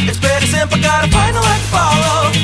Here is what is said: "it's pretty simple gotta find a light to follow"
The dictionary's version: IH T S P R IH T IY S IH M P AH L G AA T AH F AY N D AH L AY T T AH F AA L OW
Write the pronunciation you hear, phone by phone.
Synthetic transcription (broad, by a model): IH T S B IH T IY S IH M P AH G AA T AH P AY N AH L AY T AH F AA L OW